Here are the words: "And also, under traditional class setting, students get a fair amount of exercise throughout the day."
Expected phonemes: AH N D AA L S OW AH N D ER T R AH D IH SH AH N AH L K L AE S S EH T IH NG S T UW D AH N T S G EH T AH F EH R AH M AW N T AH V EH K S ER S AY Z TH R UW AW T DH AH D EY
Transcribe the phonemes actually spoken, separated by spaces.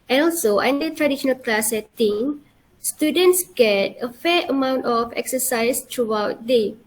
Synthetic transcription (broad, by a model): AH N AA L S OW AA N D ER T R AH D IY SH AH N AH L K L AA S S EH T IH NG S T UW D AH N T S G EH T AH F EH AH M AW N T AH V EH K S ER S AY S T R UW AW T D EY